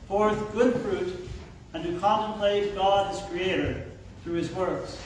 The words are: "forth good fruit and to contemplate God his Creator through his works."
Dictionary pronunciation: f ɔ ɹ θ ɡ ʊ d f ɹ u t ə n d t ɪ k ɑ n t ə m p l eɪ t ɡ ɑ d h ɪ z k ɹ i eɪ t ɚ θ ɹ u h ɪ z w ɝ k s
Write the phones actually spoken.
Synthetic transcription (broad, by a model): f ɔ ɹ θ ɡ ʊ d f ɹ u t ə n t ɪ k ɑ n t ə m p l eɪ t ɡ ɑ d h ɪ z k ɹ i eɪ t ɚ θ ɹ u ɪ z w ɝ k s